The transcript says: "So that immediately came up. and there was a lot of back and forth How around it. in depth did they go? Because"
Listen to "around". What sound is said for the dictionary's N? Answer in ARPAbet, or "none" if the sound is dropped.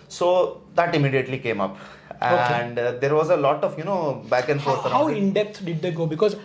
none